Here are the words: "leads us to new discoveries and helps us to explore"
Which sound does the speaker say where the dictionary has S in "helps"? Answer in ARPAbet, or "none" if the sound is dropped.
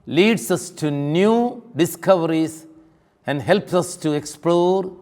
S